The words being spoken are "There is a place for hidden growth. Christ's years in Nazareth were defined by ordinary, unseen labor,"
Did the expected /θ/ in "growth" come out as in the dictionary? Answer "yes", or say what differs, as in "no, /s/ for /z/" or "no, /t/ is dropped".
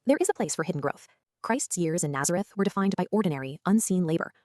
yes